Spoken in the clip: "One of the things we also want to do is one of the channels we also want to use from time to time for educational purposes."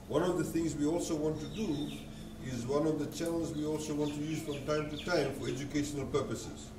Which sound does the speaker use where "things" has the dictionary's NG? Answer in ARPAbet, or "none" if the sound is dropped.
NG